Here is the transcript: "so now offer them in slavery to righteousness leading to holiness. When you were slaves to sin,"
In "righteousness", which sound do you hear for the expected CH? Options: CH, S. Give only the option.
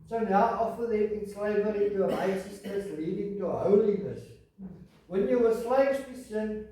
S